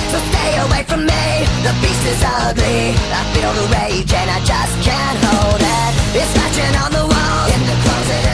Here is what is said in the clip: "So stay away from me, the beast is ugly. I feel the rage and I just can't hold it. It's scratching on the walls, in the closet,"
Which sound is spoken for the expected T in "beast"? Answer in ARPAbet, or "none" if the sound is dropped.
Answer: none